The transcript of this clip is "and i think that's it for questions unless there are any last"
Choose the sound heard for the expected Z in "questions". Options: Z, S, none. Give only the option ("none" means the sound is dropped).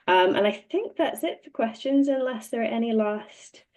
Z